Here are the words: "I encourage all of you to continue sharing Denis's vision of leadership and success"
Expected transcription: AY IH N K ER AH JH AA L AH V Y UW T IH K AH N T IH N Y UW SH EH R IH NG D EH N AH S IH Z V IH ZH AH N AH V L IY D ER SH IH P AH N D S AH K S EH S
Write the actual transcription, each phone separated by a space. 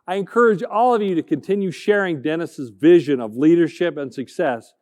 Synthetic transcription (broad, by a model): AY IH N K ER AH JH AA L AH V Y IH T IH K AH N T IH N Y UW SH EH R IH NG D EH N AH S IH Z V IH ZH AH N AH V L IY D ER SH IH P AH N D S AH K S EH S